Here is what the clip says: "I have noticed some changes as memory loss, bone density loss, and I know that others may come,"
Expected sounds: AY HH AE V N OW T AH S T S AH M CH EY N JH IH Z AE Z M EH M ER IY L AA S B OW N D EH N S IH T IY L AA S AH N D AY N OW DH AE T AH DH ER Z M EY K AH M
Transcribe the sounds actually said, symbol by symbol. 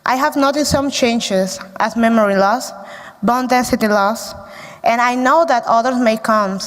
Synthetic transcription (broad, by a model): AY HH AE V N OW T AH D S AH M CH EY N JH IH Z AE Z M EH M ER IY L AA S B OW N D EH N S IH T IY L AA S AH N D AY N OW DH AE T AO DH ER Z M EY K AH M